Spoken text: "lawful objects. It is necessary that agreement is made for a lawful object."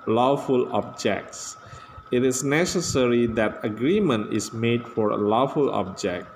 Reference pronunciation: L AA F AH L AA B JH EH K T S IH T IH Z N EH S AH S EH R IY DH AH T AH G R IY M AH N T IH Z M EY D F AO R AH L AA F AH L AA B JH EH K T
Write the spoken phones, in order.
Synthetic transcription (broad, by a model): L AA F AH L AA B JH EH K T S IH T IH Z N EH S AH S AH R IY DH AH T AH G R IY M AH N T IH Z M EY D F AO R AH L AA F AH L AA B JH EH K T